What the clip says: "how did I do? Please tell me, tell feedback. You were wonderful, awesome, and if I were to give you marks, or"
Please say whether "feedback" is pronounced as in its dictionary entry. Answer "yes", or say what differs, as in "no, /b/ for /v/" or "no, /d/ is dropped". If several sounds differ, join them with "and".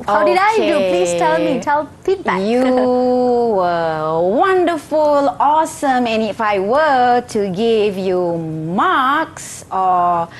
no, /p/ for /f/